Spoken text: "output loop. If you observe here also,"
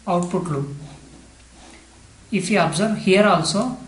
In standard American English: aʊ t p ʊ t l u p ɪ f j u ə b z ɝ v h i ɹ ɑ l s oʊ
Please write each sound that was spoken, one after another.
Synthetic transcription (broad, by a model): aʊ t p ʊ t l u ɪ f j u ə b z ɝ v h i ɹ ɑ l s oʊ